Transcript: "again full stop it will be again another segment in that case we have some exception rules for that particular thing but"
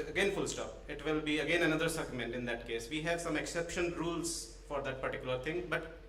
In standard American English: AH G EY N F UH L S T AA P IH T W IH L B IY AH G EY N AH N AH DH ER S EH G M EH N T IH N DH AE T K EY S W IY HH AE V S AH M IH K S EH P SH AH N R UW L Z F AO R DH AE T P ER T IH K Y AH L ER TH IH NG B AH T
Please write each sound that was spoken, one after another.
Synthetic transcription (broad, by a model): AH G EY N F UH L S T AA P IH T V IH L B IY AH G EY N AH N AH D ER S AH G M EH N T IH N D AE T K EY S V IY HH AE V S AH M IH K S EH P SH AH N R UW L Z F AO R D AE T P ER T IH K Y AH L ER T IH NG B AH T